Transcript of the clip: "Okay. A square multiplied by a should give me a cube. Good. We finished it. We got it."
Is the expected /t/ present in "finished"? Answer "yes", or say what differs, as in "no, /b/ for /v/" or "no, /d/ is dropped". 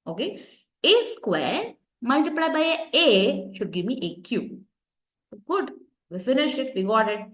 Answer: no, /t/ is dropped